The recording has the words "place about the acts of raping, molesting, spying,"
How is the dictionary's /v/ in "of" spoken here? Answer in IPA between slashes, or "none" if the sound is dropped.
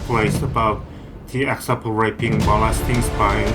/p/